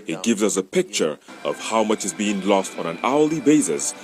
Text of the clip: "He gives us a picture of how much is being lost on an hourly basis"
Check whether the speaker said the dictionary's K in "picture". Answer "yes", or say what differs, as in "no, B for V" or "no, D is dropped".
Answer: yes